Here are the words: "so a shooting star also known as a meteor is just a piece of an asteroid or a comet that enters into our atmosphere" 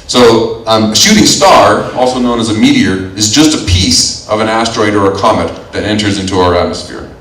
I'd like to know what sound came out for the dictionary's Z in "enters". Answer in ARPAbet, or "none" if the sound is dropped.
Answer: Z